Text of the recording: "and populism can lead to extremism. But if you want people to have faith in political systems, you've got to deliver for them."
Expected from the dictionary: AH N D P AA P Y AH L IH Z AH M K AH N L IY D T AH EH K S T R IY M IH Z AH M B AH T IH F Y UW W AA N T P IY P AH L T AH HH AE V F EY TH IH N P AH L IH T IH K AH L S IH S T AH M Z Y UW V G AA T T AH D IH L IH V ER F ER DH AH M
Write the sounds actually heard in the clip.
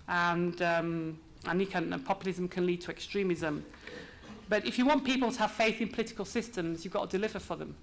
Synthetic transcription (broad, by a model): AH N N P AA P Y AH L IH Z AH M K AH N L IY D T AH EH K S T R IY M IH Z AH M B AH T IH F Y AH W AA N P IY P AH L T AH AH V F EY TH IH N P AH L IH T IH K AH L S IH S T AH M Z Y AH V G AA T T AH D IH L IH V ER F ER DH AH M